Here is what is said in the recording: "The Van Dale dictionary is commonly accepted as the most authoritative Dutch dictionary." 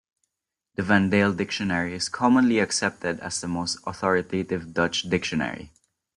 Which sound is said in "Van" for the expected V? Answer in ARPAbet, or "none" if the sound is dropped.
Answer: V